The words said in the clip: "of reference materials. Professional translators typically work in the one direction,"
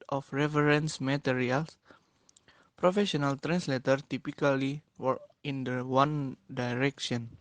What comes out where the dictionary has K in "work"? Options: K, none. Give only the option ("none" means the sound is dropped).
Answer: none